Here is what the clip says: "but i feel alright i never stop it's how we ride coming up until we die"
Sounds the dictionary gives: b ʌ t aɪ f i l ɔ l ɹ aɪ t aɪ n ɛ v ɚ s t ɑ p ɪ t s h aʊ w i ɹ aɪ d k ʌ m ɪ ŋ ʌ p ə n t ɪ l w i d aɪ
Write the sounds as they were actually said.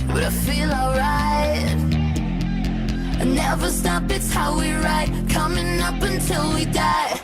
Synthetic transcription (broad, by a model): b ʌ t aɪ f i l ɔ l ɹ aɪ t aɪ n ɛ v ɚ s t ɑ p ɪ t s h aʊ w i ɹ aɪ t k ʌ m ɪ ŋ ʌ p ə n t ɪ l w i d aɪ